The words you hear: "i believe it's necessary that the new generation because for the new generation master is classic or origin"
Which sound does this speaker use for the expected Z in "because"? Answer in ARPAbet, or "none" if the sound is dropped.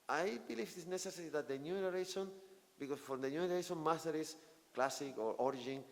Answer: S